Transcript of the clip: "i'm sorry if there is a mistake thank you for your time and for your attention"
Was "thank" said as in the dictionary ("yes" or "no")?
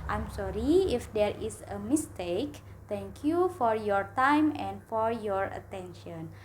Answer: no